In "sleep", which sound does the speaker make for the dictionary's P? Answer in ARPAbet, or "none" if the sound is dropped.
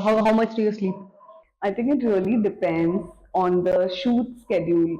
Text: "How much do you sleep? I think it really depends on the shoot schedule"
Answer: none